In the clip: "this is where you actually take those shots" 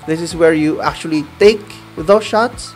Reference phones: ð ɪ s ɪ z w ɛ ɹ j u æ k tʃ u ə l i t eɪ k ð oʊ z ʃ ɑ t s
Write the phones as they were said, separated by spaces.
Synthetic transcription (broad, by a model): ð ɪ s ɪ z w ɛ ɹ j u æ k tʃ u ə l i t eɪ k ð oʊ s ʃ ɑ t s